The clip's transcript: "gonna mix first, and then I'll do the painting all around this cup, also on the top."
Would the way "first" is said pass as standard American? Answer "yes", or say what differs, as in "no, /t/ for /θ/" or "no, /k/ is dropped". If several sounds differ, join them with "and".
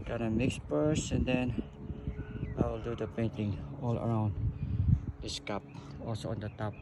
no, /p/ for /f/ and /t/ is dropped